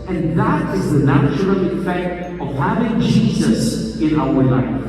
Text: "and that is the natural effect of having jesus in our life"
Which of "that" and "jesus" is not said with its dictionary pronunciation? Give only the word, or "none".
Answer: none